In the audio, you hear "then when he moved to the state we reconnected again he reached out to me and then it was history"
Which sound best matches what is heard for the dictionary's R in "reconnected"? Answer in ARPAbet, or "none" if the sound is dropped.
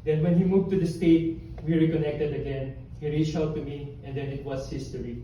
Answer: R